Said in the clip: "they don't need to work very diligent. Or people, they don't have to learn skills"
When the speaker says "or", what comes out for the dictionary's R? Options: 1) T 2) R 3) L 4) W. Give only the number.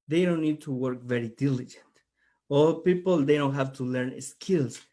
3